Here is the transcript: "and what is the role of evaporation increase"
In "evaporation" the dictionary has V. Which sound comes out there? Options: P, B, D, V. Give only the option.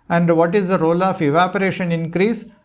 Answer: V